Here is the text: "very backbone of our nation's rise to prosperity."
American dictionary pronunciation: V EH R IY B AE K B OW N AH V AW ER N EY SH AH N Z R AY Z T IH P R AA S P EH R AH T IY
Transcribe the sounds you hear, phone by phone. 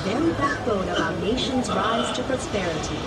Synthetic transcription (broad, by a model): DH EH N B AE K OW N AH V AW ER N EY SH AH N Z R AY Z T IH P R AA S P EH R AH T IY